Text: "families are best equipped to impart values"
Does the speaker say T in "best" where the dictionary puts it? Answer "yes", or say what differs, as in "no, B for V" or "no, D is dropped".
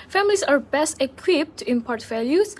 yes